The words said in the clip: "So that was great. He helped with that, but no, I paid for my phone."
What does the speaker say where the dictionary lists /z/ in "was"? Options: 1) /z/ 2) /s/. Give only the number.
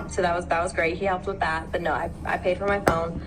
1